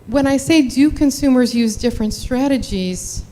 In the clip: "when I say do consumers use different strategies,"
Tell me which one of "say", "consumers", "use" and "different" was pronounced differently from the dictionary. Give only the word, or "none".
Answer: none